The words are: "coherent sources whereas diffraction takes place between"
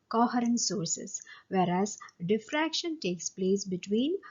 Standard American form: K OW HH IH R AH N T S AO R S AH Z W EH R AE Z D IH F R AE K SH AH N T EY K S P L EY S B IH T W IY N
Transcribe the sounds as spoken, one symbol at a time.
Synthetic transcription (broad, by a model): K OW HH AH R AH N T S AO R S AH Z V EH R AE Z D IH F R AE K SH AH N T EY K S P L EY S B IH T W IY N